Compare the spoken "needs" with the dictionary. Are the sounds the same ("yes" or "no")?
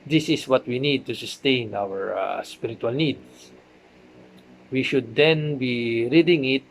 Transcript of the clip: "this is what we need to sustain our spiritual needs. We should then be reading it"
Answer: no